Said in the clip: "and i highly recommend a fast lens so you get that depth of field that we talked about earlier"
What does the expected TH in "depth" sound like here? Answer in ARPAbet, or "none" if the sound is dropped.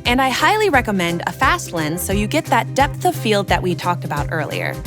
TH